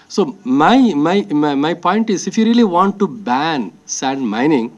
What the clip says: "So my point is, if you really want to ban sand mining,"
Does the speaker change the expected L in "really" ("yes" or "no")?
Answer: no